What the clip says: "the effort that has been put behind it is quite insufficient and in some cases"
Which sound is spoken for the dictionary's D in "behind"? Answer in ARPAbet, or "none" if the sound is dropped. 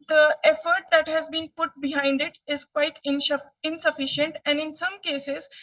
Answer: D